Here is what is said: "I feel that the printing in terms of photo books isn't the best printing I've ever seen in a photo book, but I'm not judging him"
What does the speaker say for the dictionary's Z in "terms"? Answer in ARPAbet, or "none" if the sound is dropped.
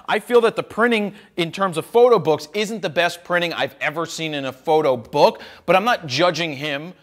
Z